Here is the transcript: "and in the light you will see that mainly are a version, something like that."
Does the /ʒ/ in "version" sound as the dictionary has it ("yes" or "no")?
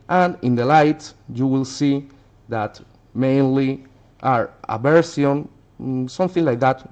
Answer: no